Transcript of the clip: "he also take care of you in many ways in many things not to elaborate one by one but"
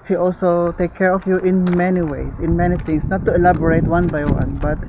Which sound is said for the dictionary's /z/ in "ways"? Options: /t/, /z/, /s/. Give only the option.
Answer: /s/